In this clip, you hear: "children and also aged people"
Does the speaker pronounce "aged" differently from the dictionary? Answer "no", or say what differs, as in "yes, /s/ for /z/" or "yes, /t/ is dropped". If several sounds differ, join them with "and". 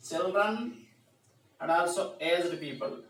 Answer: yes, /z/ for /dʒ/